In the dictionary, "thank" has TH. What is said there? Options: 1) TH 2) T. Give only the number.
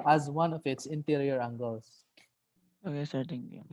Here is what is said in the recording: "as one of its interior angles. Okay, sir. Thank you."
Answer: 2